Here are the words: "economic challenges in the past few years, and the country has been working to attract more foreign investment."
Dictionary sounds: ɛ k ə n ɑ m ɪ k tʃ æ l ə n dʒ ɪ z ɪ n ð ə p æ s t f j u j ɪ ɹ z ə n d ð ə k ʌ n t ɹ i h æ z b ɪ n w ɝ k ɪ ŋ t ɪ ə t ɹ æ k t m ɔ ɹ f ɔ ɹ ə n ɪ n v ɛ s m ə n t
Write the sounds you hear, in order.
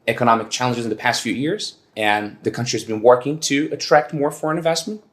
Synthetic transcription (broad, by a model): ɛ k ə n ɑ m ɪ k tʃ æ l ə n dʒ ɪ z ɪ n ð ə p æ s t f j u j ɪ ɹ z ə n ð ə k ʌ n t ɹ i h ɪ z b ɪ n w ɝ k ɪ ŋ t ɪ ə t ɹ æ k t m ɔ ɹ f ɔ ɹ ə n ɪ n v ɛ s m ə n t